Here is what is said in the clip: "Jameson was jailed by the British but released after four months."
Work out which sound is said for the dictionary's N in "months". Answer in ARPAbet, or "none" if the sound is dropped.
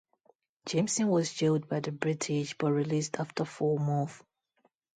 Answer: none